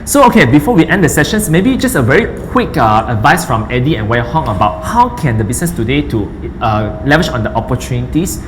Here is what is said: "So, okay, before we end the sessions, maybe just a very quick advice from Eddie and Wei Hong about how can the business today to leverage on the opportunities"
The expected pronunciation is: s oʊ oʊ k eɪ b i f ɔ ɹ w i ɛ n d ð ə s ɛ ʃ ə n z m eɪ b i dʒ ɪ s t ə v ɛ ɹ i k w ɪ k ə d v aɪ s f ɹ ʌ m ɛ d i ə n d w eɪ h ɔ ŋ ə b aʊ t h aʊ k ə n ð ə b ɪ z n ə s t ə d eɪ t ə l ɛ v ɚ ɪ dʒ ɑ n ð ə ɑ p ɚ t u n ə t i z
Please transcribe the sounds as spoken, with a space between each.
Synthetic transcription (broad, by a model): s oʊ oʊ k eɪ b i f ɔ w i ɛ n d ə s ɛ ʃ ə n s m eɪ b i dʒ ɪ s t ə v ɛ ɹ i k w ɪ k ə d v aɪ s f ɹ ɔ m ɛ d i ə n w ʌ h ɔ ŋ ə b aʊ t h aʊ k ə n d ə b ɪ s n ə s t ə d eɪ t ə l ɛ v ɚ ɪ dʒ ɑ n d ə ɑ p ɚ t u n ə t i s